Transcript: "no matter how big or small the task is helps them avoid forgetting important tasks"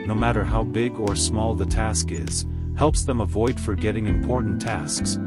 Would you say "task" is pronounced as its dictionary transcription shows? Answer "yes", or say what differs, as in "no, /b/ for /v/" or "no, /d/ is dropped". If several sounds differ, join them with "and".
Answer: yes